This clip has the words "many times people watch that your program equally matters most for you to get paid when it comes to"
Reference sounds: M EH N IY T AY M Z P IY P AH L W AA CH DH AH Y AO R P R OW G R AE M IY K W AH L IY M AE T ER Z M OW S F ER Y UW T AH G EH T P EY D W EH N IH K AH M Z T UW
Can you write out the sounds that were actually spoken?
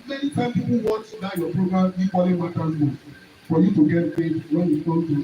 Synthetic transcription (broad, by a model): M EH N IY T AY M P IY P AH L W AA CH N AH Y AO P R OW G R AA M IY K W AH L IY M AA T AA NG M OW F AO Y UW T AH G EH T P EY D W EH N IH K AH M T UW